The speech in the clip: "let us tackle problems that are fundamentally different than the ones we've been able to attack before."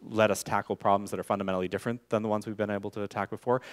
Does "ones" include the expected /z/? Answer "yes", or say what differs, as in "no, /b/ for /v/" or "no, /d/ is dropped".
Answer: yes